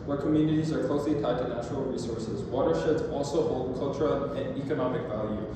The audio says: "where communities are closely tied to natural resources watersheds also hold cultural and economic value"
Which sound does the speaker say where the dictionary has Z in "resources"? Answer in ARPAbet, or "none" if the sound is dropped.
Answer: Z